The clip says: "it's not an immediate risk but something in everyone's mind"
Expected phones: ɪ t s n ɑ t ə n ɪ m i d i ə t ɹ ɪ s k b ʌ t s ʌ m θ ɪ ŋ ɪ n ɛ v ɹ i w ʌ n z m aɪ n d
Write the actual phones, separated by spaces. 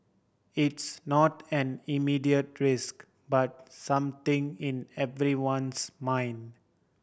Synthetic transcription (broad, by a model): ɪ t s n ɑ t ə n ɪ m i d i ə t ɹ ɪ s k b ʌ t s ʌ m t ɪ ŋ ɪ n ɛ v ɹ i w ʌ n s m aɪ n d